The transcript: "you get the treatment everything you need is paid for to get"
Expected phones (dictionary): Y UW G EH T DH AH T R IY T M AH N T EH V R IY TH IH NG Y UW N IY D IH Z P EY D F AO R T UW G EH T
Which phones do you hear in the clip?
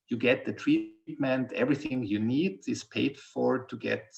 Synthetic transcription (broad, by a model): Y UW G EH T DH AH T R IY T M AH N T EH V R IY TH IH NG Y UW N IY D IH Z P EY D F AO R T UW G EH T